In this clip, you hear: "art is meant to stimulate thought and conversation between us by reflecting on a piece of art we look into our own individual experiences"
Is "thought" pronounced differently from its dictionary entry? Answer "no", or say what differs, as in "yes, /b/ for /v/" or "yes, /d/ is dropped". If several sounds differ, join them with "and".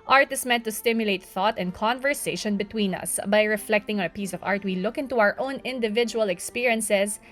no